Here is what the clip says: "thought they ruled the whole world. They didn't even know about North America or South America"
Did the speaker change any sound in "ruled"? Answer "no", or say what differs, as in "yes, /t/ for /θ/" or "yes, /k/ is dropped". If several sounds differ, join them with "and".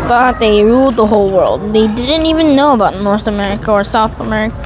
no